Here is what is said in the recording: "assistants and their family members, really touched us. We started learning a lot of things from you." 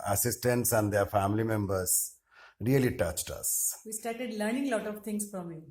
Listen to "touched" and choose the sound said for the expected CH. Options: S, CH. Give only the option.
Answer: CH